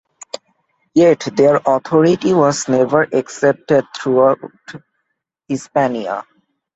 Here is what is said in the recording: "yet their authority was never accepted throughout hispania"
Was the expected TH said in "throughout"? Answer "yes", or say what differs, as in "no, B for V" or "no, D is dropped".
no, T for TH